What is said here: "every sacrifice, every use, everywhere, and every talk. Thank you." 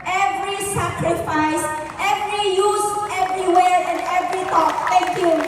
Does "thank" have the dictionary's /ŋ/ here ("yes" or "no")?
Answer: no